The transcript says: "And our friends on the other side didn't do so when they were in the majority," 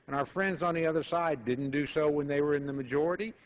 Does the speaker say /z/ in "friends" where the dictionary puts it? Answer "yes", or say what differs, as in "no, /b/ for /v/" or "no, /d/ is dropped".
yes